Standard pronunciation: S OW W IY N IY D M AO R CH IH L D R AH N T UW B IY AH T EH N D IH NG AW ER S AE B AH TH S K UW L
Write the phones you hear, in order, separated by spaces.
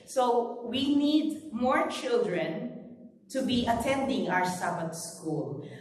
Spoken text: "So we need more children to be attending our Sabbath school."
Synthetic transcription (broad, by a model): S OW W IY N IY D M AO R CH IH L D R AH N T UW B IY AH T EH N D IH NG AW ER S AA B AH T S K UW L